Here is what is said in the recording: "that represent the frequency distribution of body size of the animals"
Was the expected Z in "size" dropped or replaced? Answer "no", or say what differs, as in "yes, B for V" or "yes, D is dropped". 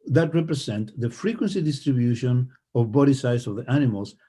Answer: yes, S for Z